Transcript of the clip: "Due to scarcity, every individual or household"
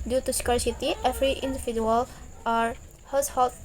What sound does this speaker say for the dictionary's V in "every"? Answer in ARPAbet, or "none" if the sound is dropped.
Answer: F